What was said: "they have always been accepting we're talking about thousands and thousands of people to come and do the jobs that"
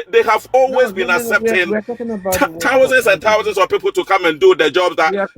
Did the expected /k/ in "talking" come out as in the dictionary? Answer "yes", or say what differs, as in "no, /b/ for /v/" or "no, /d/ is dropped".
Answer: no, /k/ is dropped